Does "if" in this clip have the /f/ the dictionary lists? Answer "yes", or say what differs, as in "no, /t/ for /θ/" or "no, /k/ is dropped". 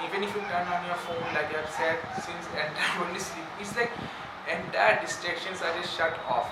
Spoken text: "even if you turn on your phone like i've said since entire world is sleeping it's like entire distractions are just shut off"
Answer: yes